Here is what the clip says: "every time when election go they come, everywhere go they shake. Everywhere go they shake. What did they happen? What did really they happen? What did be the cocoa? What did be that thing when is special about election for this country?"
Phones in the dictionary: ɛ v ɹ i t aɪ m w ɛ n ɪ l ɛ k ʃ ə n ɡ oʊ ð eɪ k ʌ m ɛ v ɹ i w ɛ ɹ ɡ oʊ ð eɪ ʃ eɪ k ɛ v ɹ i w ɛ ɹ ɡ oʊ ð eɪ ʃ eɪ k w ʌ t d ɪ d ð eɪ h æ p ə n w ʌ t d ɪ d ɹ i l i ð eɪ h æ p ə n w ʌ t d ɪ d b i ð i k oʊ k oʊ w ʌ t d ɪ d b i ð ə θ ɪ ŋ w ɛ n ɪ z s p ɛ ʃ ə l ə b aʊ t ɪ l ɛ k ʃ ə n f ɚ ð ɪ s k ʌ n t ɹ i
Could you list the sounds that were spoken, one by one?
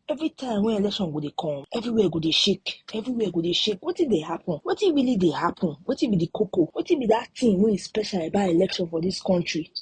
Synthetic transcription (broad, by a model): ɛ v ɹ i t aɪ m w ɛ ɪ l ɛ k ʃ ə n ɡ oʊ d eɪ k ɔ ɛ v ɹ i w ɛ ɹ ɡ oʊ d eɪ ʃ eɪ k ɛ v ɹ i w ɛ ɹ ɡ oʊ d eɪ ʃ eɪ k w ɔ t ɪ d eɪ h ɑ p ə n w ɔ t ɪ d ɹ i l i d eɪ h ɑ p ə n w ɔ t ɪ b i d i k oʊ k oʊ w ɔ t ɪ b i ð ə t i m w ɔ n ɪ s p ɛ ʃ ə l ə b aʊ ɪ l ɛ k ʃ ə n f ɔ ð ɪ s k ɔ n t ɹ i